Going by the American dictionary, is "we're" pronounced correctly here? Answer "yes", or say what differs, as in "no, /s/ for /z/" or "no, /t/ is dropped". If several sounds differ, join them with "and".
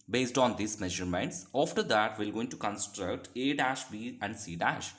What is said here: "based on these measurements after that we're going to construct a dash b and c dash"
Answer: no, /l/ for /ɹ/